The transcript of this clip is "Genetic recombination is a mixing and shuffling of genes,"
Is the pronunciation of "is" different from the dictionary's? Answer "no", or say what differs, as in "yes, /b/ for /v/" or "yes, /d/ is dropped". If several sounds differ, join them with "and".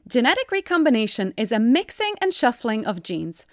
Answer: no